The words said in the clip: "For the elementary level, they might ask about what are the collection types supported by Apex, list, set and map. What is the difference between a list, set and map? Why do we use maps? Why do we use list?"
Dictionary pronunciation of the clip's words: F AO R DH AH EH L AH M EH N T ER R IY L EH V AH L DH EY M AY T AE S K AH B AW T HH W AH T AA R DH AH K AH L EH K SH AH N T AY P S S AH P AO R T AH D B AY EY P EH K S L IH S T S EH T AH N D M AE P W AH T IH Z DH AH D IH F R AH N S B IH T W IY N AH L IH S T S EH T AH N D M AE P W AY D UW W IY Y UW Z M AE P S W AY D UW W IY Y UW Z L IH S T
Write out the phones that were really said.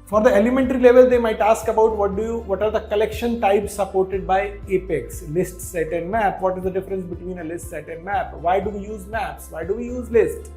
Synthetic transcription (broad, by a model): F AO R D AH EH L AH M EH N T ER R IY L EH V AH L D EY M AY T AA S K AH B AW T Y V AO T AA R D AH K AH L EH K SH AH N T AY P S S AH P AO R T AH D B AY EY P EH K S L IH S T S EH T AH N D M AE P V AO T IH Z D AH D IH F R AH N S B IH T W IY N AH L IH S T S EH T AH N D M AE P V AY D UW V IY Y UW Z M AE P S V AY D UW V IY Y UW Z L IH S T